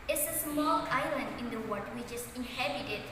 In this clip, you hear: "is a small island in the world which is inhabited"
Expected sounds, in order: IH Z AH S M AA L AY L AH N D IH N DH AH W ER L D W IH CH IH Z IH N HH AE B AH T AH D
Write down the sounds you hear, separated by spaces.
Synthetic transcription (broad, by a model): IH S AH S M AA L AY L AH N D IH N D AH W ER D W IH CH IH S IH N HH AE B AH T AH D